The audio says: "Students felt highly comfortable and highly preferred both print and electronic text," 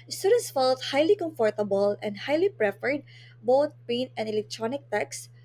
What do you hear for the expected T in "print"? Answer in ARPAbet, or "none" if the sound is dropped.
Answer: none